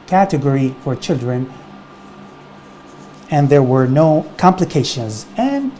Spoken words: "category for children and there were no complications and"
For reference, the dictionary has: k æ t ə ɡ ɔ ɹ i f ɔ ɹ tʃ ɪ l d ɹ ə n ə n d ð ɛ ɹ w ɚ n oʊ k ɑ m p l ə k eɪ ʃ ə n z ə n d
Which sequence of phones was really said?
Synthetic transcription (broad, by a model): k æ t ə ɡ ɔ ɹ i f ɔ ɹ tʃ ɪ l d ɹ ə n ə n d ð ɛ ɹ w ɚ n oʊ k ɑ m p l ə k eɪ ʃ ə n z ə n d